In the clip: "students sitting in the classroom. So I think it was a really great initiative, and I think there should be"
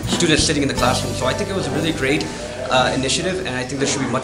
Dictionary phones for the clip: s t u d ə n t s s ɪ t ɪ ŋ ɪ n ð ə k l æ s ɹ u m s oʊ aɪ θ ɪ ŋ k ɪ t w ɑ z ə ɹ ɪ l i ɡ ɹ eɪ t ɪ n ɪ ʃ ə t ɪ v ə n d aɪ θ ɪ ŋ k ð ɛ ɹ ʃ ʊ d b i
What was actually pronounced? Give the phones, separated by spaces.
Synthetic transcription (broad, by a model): s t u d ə n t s s ɪ t ɪ ŋ ɪ n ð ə k l æ s ɹ u m s oʊ aɪ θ ɪ ŋ k ɪ t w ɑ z ə ɹ ɪ l i ɡ ɹ eɪ t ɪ n ɪ ʃ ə t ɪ v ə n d aɪ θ ɪ ŋ k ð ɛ ʃ ʊ d b i